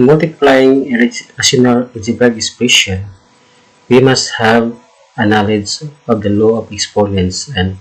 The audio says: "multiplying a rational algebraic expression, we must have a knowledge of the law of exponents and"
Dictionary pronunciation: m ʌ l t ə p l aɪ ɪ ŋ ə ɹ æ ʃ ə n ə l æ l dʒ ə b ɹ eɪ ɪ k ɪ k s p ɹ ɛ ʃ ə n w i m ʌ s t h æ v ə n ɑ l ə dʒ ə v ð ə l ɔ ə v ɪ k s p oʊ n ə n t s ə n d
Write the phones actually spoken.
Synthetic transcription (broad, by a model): m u l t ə p l aɪ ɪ ŋ ə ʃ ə n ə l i dʒ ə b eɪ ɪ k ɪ s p ɛ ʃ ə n w i m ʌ s t h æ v ə n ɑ l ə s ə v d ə l ɔ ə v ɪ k s p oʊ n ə n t s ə n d